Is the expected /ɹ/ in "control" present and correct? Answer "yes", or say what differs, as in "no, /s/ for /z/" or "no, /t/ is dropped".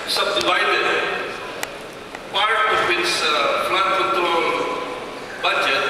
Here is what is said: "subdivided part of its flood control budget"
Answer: no, /ɹ/ is dropped